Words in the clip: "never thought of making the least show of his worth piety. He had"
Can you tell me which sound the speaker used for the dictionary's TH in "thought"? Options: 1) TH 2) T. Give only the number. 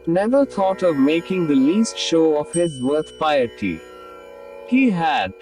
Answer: 2